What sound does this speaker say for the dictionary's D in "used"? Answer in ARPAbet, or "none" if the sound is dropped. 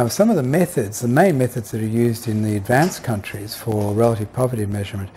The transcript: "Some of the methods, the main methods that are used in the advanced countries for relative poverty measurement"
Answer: D